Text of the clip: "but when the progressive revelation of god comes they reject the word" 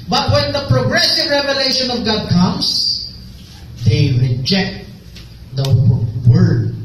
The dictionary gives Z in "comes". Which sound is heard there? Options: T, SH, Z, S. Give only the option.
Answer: S